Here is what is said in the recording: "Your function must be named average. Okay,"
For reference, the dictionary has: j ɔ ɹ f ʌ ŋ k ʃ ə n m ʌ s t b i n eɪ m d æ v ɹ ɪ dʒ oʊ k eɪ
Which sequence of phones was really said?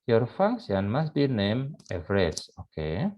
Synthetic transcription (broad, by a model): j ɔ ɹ f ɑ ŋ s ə n m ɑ s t b i n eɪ m ɛ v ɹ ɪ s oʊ k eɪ